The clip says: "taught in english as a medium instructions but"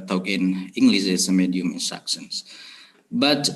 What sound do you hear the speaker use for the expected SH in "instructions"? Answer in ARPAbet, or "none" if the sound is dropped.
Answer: S